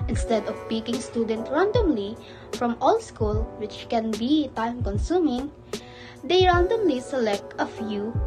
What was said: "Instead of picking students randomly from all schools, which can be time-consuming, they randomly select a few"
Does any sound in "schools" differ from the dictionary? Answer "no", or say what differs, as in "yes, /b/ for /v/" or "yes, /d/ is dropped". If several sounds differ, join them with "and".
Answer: yes, /z/ is dropped